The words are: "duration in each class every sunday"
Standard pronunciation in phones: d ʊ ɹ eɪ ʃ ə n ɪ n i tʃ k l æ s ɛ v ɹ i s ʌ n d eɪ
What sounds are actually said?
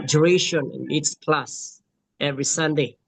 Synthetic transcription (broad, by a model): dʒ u ɹ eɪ ʃ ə n ɪ n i s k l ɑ s ɛ v ɹ i s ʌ n d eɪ